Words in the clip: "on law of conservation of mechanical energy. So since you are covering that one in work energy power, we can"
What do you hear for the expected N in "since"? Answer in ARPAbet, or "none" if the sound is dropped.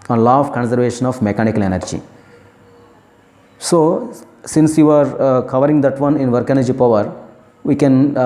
N